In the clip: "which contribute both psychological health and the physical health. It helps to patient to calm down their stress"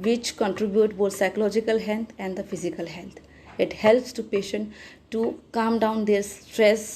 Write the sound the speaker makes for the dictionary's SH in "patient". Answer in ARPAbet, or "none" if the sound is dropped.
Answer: SH